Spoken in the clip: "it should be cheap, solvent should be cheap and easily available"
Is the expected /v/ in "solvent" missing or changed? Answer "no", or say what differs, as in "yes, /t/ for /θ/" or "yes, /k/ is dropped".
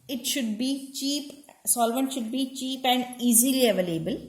no